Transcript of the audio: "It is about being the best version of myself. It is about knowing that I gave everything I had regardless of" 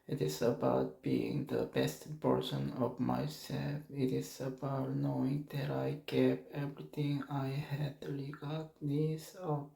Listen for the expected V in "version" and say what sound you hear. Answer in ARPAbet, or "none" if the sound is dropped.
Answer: P